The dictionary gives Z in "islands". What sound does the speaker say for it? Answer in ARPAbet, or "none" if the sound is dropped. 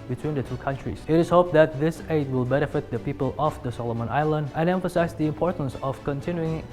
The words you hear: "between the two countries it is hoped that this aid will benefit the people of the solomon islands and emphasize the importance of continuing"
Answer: none